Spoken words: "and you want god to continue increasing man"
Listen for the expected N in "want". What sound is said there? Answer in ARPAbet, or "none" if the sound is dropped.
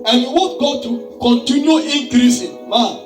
none